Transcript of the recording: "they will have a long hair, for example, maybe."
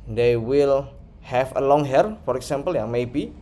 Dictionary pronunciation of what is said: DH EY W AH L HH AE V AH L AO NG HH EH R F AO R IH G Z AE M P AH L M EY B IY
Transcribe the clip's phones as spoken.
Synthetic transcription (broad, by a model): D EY W AH L HH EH F AH L AO NG HH EH R F AO R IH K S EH M P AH L M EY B IY